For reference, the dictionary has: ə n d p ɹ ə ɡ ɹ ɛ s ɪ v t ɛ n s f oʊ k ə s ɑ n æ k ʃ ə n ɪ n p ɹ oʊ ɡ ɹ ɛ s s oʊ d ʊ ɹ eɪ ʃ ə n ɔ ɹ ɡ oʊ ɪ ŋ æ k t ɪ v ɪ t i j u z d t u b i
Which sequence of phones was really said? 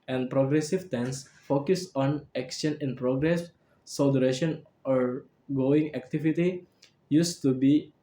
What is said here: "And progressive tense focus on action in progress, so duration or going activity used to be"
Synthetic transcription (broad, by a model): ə n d p ɹ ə ɡ ɹ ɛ s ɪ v t ɛ n s f oʊ k ə s ɑ n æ k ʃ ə n ɪ n p ɹ oʊ ɡ ɹ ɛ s s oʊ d ɹ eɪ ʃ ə n ɔ ɹ ɡ oʊ ɪ ŋ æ k t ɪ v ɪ t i j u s t u b i